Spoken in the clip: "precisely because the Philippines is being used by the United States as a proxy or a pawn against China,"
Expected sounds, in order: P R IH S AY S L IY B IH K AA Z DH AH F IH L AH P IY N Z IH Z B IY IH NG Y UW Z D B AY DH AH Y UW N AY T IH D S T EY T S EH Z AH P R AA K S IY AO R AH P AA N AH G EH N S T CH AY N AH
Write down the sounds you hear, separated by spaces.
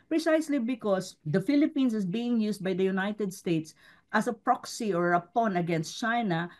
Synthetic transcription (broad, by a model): P R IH S AY S L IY B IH K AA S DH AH F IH L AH P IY N S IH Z B IY IH NG Y UW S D B AY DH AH Y UW N AY T IH D S T EY T S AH S AH P R AA K S IY AO R AH P AA N AH G EH N S T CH AY N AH